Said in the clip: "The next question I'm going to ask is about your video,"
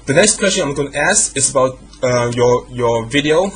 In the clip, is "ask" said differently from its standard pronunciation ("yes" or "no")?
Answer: yes